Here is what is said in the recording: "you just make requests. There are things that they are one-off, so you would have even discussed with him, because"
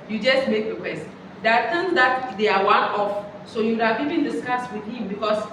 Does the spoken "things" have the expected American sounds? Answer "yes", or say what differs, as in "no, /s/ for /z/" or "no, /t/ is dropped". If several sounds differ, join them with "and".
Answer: no, /t/ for /θ/